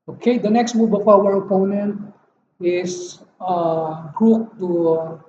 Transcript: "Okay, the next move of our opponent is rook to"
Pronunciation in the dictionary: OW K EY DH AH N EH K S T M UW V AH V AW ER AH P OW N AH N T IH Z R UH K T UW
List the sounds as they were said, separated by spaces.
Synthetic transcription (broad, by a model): OW K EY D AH N EH K S T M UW B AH F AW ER AH P OW N AH N T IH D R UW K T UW